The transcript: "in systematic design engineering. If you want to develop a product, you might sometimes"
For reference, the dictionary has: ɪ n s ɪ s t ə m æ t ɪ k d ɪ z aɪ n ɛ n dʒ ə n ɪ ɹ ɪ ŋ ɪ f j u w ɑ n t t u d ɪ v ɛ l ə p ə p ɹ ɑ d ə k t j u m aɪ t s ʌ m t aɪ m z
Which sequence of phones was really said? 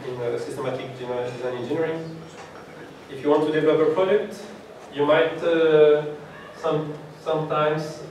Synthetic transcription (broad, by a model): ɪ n s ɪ s t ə m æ t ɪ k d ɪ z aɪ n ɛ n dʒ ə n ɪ ɹ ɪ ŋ ɪ f j u w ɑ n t t u d ɪ v ɛ l ə p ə p ɹ ɑ d ə k t j u m aɪ t s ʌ m t aɪ m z